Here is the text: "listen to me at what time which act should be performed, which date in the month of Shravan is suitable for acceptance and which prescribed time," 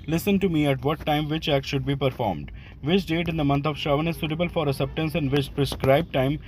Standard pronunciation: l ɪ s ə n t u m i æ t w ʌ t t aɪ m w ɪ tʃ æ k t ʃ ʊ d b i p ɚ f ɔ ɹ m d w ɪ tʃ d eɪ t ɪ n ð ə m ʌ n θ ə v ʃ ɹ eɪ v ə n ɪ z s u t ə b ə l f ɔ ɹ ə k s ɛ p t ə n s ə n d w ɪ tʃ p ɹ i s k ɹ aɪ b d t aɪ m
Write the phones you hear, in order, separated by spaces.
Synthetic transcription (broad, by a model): l ɪ s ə n t u m i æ t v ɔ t t aɪ m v ɪ tʃ æ k t ʃ ʊ d b i p ɚ f ɔ ɹ m d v ɪ tʃ d eɪ t ɪ n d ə m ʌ n t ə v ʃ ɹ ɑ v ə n ɪ z s u t ə b ə l f ɔ ɹ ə s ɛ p t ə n s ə n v ɪ tʃ p ɹ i s k ɹ aɪ b t aɪ m